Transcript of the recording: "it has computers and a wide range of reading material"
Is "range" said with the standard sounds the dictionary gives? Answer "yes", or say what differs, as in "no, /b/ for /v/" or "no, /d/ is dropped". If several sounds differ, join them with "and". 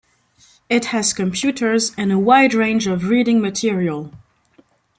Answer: yes